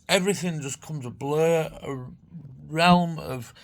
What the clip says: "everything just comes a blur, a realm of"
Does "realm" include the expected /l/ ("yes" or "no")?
yes